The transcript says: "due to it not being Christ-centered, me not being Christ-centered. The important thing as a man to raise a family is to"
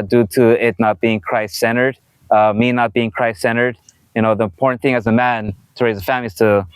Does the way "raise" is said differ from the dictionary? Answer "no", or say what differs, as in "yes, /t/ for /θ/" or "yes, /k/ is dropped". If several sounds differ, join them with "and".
no